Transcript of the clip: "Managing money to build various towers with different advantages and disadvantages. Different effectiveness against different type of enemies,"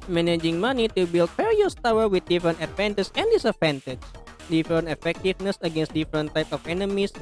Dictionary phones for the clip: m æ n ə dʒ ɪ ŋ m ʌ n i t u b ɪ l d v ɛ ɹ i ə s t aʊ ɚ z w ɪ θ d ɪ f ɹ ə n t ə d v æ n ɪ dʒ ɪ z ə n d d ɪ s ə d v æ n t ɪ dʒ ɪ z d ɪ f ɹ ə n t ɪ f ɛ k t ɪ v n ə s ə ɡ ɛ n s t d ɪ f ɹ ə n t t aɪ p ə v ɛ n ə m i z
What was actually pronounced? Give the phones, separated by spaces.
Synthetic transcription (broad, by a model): m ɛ n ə dʒ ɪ ŋ m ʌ n i t u b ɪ l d f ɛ ɹ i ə s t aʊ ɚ w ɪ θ d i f ɹ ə n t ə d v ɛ n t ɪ s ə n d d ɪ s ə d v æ n t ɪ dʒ d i f ɹ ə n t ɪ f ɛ k t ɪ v n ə s ə ɡ ɛ n s t d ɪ f ɹ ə n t t aɪ p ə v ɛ n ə m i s